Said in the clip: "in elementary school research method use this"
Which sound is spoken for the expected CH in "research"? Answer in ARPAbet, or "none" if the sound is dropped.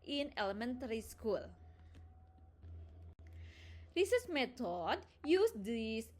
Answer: S